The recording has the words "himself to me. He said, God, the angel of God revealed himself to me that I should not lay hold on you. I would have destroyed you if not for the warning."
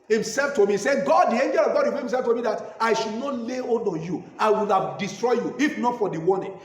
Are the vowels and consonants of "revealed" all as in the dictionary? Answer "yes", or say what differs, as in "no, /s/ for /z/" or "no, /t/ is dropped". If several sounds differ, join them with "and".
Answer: no, /w/ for /v/